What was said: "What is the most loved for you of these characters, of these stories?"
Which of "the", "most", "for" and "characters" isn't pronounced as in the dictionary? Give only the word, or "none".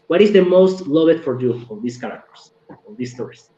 characters